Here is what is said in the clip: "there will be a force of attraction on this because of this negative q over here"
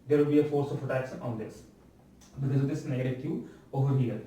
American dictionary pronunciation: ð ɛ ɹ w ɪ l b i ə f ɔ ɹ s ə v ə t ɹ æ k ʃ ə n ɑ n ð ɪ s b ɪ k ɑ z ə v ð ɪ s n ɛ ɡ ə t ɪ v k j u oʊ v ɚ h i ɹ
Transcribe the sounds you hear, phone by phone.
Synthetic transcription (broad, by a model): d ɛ ɹ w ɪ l b i ə f ɔ ɹ s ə f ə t æ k s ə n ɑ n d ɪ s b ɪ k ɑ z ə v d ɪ s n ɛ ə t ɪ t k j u oʊ v ɚ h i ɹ